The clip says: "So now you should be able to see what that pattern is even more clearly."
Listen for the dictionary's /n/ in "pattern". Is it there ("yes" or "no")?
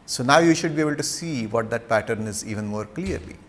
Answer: yes